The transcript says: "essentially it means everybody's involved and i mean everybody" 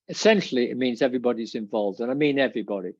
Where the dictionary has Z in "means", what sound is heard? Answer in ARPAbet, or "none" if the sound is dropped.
Z